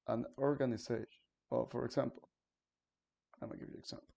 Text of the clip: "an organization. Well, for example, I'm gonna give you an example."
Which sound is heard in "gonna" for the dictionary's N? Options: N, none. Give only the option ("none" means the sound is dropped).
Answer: none